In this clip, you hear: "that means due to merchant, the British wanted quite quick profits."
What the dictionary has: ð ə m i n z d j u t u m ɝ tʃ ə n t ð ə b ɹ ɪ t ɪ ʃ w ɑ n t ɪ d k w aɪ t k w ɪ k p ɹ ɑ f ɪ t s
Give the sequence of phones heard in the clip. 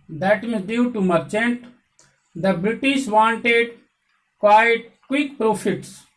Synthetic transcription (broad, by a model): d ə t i z d j u t u m ɝ tʃ ə n t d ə b ɹ ɪ t ɪ ʃ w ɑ n t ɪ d k w aɪ t k w ɪ k p ɹ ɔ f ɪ t s